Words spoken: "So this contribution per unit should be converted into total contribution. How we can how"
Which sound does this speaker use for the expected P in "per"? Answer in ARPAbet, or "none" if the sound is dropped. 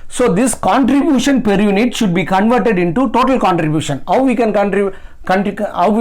P